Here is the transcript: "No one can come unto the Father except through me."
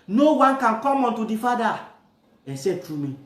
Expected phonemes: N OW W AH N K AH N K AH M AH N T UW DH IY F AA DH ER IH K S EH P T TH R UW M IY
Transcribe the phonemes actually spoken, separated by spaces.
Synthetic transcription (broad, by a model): N OW W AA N K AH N K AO M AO N T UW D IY F AA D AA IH S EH T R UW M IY